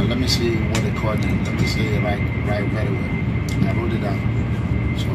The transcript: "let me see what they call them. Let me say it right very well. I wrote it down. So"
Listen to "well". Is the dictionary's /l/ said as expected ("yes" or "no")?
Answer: no